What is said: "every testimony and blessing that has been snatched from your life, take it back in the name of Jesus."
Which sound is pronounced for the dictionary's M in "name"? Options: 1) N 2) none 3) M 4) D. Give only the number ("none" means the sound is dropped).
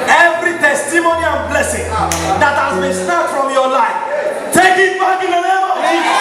2